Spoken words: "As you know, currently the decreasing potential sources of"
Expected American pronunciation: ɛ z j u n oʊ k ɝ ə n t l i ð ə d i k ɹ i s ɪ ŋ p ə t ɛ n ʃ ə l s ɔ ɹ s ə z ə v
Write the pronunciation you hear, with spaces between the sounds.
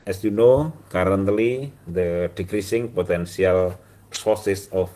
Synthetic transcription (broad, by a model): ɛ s j u n oʊ k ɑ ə n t l i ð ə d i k ɹ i s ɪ ŋ p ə t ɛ n s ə l s ɔ ɹ s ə s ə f